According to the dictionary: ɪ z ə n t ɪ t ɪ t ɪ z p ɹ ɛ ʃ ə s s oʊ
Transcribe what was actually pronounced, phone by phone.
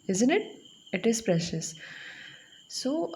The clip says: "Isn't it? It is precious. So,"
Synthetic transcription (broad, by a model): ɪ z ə n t ɪ t ɪ t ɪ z p ɹ ɛ ʃ ə s s oʊ